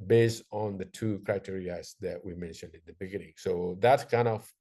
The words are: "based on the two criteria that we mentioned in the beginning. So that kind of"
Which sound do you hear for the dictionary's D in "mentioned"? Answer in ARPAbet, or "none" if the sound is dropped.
D